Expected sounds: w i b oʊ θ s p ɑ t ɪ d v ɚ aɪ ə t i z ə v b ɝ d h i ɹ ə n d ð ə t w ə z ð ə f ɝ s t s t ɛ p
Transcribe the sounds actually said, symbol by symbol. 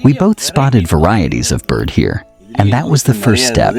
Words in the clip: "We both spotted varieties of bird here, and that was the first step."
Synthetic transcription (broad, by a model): w i b oʊ θ s p ɑ t ɪ d v ɚ aɪ ə t i z ə v b ɝ d h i ɹ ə n ð ə t w ə z ð ə f ɝ s t s t ɛ p